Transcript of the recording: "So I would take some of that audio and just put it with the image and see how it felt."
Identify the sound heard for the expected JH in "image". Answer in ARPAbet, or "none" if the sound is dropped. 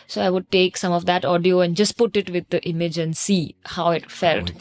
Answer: JH